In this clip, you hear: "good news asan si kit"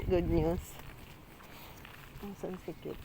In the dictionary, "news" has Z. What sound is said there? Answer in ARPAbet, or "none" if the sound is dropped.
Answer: S